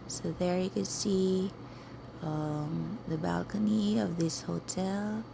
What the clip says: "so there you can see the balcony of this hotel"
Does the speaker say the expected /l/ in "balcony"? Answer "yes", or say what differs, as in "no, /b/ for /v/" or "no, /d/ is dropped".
yes